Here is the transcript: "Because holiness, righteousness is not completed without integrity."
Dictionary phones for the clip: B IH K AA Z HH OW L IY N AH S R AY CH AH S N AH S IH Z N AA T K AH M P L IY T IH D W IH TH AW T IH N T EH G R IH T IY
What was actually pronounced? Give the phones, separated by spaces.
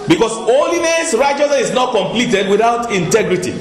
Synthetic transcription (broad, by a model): B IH K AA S OW L IY N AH S R AY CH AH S AH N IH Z N AA T K AH M P L IY T IH D W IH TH AW T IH N T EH G R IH T IY